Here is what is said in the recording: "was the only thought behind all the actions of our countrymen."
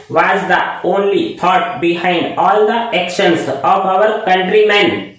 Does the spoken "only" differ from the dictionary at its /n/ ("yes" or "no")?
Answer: no